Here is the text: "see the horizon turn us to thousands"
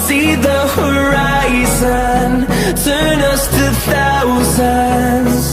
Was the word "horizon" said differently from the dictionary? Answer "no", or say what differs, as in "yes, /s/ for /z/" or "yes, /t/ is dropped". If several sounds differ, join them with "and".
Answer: no